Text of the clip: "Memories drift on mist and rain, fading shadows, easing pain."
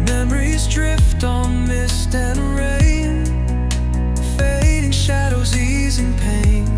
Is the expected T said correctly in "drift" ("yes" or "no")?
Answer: yes